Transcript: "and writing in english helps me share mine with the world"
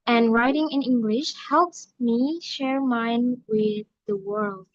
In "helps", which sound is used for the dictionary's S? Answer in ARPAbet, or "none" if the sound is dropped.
S